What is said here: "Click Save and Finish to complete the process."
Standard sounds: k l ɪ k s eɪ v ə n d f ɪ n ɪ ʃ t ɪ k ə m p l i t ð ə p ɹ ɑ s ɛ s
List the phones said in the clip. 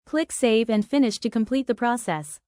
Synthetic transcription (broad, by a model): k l ɪ k s eɪ v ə n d f ɪ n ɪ ʃ t ɪ k ə m p l i t ð ə p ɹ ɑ s ɛ s